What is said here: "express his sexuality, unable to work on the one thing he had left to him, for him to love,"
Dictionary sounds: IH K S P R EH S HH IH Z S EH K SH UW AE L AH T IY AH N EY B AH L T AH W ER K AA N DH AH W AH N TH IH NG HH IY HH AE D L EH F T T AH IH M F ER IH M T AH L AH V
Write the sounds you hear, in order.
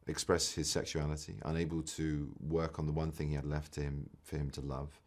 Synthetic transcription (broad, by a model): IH K S P R EH S HH IH Z S EH K SH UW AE L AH T IY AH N EY B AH L T AH W ER K N DH AH W AH N TH IH NG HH IY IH D L EH F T T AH IH M F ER IH M T AH L AH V